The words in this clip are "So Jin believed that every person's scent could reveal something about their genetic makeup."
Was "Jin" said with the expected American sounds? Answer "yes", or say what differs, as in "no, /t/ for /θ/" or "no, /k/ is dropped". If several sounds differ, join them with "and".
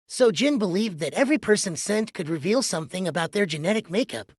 yes